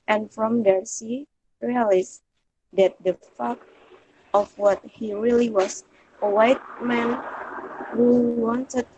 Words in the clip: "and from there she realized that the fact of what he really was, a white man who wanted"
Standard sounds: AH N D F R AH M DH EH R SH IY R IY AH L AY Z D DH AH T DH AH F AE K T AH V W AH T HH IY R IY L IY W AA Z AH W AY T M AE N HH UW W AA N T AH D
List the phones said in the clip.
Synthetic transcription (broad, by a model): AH N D F R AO M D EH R S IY R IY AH L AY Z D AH T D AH F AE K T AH F W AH T HH IY R IY L IY W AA S AH W AY T M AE N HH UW W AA N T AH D